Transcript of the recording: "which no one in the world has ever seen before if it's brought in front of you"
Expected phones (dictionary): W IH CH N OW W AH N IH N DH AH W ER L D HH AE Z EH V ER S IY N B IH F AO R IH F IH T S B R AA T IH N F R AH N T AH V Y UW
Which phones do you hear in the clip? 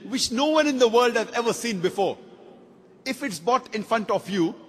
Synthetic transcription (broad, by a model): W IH CH N OW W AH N IH N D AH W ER L D HH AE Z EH V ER S IY N B IH F AO R IH F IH T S B AA T IH N F R AH N T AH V Y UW